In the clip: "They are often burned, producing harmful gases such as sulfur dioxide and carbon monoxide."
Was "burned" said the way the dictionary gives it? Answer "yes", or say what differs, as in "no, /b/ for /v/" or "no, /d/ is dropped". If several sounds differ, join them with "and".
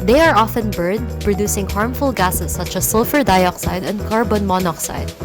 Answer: no, /n/ is dropped